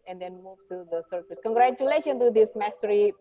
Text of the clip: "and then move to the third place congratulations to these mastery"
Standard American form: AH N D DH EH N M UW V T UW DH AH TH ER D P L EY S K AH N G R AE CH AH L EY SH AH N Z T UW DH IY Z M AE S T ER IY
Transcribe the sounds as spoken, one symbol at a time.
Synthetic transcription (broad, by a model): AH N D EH N M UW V T UW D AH S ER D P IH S K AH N G R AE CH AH L EY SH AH N T UW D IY S M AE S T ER IY